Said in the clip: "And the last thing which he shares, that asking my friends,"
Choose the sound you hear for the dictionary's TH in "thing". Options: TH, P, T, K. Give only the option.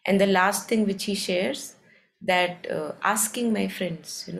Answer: T